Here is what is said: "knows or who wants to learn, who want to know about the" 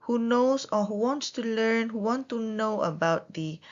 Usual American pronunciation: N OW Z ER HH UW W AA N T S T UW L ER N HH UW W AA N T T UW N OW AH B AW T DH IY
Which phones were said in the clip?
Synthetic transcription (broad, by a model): N OW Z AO HH UW W AA N T S T UW L ER N HH UW W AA N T T UW N OW AH B AW T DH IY